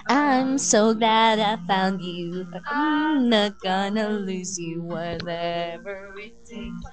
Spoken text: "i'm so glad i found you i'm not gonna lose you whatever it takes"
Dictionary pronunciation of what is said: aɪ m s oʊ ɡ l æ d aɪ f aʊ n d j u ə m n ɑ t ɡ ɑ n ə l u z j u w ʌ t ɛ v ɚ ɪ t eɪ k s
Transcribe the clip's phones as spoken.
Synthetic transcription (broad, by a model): aɪ m s oʊ ɡ l æ d aɪ f aʊ n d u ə n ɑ t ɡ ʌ n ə l u z j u w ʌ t ɛ v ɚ ɪ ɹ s